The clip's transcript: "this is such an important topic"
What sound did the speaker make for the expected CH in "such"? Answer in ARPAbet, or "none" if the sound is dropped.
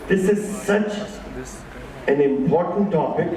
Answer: CH